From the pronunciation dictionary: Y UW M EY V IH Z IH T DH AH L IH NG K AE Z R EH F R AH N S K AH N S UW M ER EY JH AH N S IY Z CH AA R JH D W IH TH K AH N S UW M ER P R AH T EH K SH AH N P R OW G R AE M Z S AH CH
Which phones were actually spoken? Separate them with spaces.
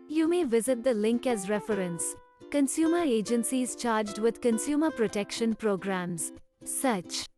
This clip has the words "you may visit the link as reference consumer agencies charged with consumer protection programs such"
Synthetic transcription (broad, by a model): Y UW M EY V IH Z IH T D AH L IH NG K AE Z R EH F R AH N S K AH N S UW M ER EY JH AH N S IY Z CH AA R JH D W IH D K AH N S UW M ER P R AH T EH K SH AH N P R OW G R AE M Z S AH CH